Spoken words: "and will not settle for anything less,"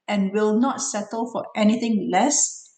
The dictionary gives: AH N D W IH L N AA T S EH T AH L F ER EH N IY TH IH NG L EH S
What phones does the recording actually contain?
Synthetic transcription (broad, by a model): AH N W IH L N AA T S EH T AH L F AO EH N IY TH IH NG L EH S